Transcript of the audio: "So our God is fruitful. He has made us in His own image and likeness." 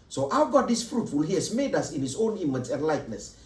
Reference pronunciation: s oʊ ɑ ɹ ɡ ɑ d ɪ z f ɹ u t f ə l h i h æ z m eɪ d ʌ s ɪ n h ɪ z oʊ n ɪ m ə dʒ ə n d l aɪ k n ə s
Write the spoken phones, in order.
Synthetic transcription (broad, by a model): s oʊ ɑ w ɡ ɑ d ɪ s f ɹ u t f ə l h i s m eɪ d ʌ s ɪ n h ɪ s oʊ n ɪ m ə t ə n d l aɪ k n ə s